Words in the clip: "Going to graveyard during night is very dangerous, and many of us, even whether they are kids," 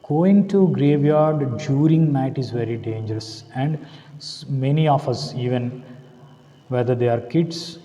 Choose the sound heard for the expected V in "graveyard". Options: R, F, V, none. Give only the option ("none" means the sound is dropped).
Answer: V